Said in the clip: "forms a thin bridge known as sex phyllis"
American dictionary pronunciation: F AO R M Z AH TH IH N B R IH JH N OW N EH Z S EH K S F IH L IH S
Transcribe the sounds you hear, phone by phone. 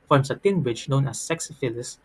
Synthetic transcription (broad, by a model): F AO R M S AH T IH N B R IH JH N OW N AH S EH K S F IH L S